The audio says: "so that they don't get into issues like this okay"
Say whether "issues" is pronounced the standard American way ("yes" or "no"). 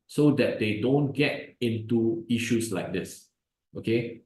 no